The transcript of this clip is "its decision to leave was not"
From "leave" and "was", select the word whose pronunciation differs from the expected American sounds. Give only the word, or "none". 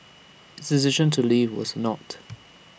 none